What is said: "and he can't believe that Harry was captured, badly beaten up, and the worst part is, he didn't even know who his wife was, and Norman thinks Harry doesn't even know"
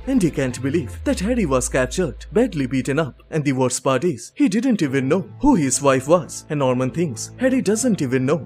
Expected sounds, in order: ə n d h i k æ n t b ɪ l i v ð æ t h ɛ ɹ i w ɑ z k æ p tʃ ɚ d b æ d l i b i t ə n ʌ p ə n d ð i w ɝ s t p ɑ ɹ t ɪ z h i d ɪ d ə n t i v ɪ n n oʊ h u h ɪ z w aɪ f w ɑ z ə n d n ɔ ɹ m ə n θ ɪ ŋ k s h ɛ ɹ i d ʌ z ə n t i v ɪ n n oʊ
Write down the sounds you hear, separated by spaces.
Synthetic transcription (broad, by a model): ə n d h i k æ n t b ɪ l i v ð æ t h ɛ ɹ i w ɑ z k æ p tʃ ɚ d b æ d l i b i t ə n ʌ p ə n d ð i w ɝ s p ɑ ɹ t ɪ z h i d ɪ d ə n t i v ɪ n n oʊ h u h ɪ z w aɪ f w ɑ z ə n n ɔ ɹ m ə n t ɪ ŋ s h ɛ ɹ i d ʌ z ə n t i v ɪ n n oʊ